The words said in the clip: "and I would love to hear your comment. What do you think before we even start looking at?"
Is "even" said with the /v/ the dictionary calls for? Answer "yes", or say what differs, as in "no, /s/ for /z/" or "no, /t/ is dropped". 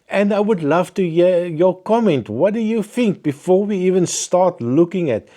yes